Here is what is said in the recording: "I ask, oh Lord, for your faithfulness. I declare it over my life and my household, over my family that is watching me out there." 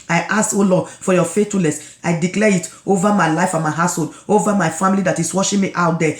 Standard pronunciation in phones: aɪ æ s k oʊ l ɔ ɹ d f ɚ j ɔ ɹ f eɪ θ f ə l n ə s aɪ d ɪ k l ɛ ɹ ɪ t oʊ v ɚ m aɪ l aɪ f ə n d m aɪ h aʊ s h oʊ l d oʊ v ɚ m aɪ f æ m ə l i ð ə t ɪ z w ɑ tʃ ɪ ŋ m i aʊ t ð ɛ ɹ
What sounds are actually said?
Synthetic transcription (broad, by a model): aɪ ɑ s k oʊ l ɔ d f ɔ j ɔ f eɪ t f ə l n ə s aɪ d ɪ k l ɛ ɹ ɪ t oʊ v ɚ m aɪ l aɪ f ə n m aɪ h aʊ s h oʊ l d oʊ v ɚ m aɪ f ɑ m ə l i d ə t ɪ s w ɑ ʃ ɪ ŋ m i aʊ t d ɛ